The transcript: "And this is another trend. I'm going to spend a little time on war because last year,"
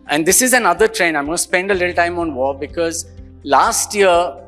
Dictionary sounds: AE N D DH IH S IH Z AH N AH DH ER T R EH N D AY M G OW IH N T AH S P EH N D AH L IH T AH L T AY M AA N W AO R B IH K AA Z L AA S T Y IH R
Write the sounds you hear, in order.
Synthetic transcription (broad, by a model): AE N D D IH S IH Z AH N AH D ER T R EH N AY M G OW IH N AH S P EH N D AH L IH T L T AY M AA N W AO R B IH K AA Z L AA S T Y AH R